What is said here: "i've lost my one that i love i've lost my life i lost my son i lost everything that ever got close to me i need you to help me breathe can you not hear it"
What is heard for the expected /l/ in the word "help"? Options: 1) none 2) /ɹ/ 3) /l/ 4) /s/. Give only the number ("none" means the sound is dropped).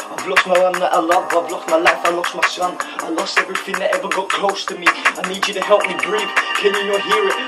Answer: 3